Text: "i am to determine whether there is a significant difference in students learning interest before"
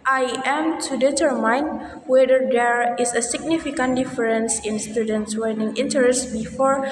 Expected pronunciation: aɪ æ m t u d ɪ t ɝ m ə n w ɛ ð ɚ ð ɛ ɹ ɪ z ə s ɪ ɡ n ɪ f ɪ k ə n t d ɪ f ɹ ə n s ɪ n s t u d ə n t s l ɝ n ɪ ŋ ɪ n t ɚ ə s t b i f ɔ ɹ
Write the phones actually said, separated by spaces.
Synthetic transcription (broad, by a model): aɪ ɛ m t u d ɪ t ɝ m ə n w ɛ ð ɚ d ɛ ɹ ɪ s ə s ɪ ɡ n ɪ f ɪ k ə n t d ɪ f ɹ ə n s ɪ n s t u d ə n t s w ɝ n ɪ ŋ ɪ n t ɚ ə s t b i f ɔ ɹ